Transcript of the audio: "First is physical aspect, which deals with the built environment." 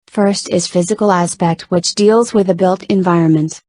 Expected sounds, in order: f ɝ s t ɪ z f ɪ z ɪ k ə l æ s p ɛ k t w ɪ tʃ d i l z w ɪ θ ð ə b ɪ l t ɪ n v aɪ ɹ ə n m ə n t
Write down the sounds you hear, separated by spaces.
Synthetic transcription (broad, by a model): f ɝ s t ɪ z f ɪ z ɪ k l æ s p ɛ k t w ɪ tʃ d i l z w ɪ ð ə b ɪ l t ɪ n v aɪ ɹ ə n m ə n t